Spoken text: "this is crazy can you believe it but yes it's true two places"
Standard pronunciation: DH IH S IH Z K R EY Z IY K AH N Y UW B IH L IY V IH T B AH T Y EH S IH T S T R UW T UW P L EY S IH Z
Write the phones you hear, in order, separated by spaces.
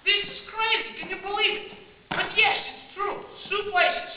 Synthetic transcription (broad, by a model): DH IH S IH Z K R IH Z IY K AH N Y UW B IH L IY V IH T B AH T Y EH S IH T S T R UW S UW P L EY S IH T